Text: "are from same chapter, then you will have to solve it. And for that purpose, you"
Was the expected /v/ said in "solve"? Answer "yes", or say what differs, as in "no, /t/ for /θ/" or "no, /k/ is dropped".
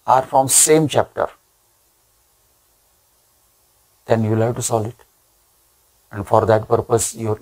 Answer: no, /v/ is dropped